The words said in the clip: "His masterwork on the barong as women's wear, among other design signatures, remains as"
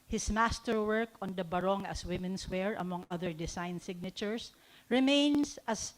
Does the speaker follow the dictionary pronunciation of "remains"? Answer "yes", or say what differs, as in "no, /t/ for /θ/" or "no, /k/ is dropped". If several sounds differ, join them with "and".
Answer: no, /s/ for /z/